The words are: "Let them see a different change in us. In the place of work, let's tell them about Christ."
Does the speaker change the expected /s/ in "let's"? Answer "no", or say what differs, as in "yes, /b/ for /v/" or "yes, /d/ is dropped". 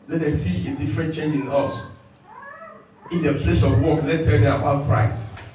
yes, /s/ is dropped